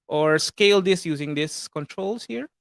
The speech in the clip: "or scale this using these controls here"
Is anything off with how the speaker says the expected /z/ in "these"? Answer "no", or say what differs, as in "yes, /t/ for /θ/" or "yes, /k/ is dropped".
yes, /s/ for /z/